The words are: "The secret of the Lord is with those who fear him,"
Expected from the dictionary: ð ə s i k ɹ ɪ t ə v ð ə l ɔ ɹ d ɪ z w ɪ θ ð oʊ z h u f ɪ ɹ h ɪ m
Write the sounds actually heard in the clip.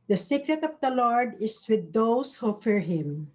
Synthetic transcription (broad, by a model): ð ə s i k ɹ ɪ t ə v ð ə l ɔ ɹ d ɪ s w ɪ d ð oʊ s h u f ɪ ɹ h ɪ m